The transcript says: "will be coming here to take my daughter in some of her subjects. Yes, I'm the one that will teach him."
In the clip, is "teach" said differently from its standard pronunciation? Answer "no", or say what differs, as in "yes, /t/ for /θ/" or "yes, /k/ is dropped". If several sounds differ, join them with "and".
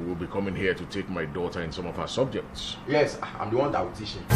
yes, /ʃ/ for /tʃ/